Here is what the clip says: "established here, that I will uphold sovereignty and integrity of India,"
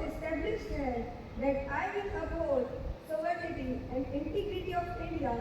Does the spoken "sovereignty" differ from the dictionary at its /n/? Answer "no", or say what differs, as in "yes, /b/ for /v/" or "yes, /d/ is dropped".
yes, /n/ is dropped